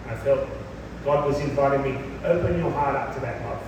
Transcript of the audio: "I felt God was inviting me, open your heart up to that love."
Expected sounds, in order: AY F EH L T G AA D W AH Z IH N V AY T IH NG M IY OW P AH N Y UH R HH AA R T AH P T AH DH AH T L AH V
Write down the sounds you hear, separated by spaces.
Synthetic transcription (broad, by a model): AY F EH L T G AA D W AH Z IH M V AY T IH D M IY OW P AH N Y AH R HH AA R T AH P T AH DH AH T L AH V